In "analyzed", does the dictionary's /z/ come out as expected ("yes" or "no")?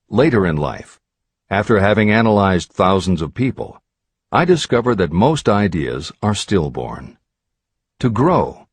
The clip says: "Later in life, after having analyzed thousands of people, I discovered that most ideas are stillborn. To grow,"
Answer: yes